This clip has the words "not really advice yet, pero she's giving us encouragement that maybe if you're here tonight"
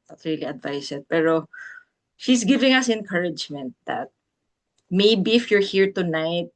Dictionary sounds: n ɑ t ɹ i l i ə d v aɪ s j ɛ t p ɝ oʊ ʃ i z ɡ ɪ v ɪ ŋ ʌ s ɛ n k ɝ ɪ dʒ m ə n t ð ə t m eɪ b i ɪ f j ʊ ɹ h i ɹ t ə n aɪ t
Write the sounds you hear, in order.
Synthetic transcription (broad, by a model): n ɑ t ɹ i l i ə d v aɪ s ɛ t p ɝ oʊ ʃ i s ɡ ɪ v ɪ ŋ ʌ s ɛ n k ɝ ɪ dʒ m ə n t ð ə t m eɪ b i ɪ f j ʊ ɹ h i ɹ t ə n aɪ t